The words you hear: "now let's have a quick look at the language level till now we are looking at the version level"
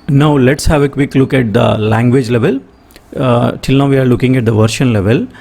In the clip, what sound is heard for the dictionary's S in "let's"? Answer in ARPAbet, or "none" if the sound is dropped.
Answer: S